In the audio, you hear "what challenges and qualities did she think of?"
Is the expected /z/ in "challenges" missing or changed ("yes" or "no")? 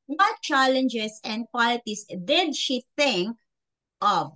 yes